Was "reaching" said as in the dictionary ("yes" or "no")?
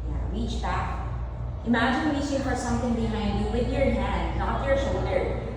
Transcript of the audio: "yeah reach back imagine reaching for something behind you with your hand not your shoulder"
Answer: no